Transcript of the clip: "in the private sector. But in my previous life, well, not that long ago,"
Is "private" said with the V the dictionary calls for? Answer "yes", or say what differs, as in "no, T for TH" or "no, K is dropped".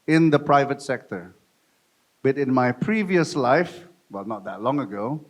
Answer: yes